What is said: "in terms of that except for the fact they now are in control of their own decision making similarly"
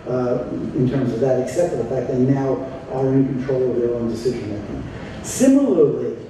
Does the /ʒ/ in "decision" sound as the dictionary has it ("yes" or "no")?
yes